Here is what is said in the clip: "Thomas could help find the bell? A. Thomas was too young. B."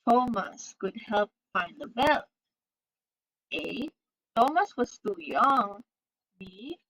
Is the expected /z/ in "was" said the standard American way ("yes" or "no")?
no